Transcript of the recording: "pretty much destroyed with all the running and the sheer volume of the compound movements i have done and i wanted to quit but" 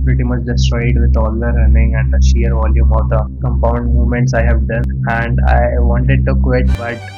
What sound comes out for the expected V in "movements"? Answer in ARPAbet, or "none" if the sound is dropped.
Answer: none